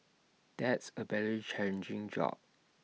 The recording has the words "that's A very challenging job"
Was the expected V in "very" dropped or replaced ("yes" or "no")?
yes